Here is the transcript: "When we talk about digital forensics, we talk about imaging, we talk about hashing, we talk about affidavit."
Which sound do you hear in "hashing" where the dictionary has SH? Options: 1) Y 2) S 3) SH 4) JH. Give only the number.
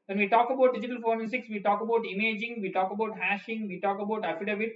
3